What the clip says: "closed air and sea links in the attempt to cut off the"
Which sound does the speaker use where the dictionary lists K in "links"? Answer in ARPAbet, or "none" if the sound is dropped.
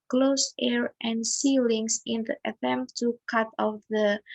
none